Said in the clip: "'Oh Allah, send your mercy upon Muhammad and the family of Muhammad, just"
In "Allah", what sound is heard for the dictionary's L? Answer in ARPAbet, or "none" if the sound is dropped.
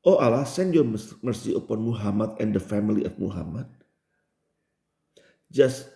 L